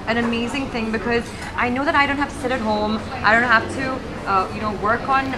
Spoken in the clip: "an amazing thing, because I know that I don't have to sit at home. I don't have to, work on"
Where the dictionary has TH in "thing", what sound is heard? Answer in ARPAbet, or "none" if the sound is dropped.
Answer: TH